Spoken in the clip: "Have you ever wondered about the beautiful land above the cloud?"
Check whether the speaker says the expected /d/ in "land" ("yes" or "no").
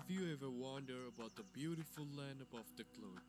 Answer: yes